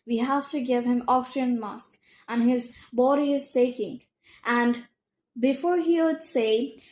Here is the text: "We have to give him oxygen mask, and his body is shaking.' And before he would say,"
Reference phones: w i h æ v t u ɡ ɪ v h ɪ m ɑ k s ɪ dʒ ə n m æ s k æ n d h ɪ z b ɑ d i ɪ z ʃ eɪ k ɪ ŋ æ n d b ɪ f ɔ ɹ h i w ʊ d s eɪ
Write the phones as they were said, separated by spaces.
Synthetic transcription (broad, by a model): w i h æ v t u ɡ ɪ v h ɪ m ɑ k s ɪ ə n m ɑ s k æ n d h ɪ z b ɑ d i ɪ z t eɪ k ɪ ŋ æ n d b ɪ f ɔ ɹ h i w ʊ d s eɪ